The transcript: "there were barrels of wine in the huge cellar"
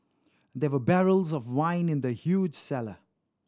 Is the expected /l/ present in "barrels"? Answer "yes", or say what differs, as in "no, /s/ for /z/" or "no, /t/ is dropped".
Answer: yes